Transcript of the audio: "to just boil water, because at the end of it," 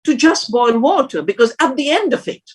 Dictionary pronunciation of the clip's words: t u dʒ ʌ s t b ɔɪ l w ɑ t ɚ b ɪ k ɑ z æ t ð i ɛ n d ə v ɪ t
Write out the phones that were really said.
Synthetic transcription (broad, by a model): t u dʒ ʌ s b ɔɪ l w ɑ t ɚ b ɪ k ɑ z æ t ð i ɛ n d ə v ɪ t